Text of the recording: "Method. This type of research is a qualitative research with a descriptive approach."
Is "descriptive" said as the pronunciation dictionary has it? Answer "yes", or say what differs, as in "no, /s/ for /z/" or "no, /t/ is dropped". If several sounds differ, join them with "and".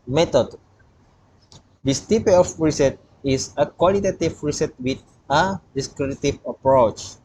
no, /p/ is dropped